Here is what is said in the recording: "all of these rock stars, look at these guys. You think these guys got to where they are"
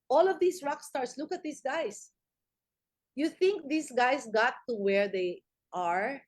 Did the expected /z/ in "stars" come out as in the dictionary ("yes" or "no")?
no